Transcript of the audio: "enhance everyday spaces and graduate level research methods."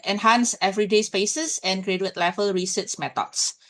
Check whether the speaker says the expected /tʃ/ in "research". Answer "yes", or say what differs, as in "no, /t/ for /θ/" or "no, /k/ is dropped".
no, /s/ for /tʃ/